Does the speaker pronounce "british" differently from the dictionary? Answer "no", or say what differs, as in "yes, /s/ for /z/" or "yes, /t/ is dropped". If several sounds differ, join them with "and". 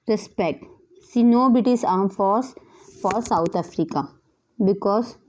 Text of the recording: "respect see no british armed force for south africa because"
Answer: yes, /ɹ/ is dropped and /s/ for /ʃ/